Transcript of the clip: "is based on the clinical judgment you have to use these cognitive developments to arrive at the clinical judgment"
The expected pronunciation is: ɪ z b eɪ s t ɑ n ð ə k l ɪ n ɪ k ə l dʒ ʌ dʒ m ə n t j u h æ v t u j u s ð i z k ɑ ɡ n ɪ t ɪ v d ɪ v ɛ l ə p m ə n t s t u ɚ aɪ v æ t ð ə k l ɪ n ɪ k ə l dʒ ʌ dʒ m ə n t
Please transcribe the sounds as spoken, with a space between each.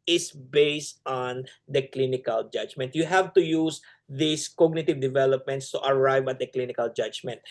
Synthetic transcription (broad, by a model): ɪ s b eɪ s t ɑ n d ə k l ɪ n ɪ k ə l dʒ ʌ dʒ m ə n t j u h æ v t u j u s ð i s k ɑ ɡ n ɪ t ɪ v d ɪ v ɛ l ə p m ə n t s t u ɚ aɪ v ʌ t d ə k l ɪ n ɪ k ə l dʒ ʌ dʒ m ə n t